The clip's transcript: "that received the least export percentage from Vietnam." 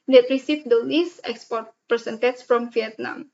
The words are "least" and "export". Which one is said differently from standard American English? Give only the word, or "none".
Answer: least